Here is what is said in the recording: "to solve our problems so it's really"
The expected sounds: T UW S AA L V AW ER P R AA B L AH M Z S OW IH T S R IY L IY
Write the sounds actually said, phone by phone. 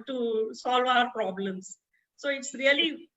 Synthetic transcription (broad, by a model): T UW S AA L V AW ER P R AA B L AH M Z S OW IH T S R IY L IY